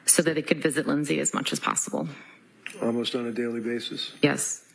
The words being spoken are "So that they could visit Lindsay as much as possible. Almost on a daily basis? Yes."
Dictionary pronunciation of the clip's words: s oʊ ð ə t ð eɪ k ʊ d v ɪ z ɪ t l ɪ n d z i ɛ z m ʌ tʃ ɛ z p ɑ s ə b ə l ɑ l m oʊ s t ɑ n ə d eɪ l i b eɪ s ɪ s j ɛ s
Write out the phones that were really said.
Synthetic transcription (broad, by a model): s oʊ ð ə t ð eɪ k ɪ d v ɪ z ɪ t l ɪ n z i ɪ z m ʌ tʃ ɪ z p ɑ s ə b l ɑ l m oʊ s t n ə d eɪ l i b eɪ s ɪ s j ɛ s